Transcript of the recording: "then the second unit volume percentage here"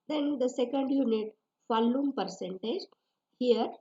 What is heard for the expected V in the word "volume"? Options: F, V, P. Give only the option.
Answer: F